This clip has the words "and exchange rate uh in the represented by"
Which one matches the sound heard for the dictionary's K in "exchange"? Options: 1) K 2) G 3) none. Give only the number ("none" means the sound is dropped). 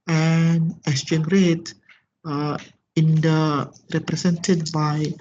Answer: 3